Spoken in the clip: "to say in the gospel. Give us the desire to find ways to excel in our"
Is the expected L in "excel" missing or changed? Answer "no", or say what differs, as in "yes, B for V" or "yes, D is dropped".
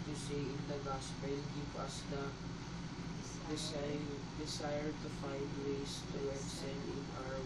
yes, N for L